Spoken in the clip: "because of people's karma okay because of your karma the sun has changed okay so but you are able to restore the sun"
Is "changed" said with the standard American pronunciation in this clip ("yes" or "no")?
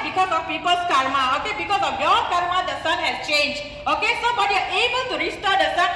no